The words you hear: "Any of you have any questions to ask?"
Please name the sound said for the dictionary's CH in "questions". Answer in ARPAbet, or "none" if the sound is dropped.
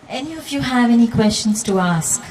CH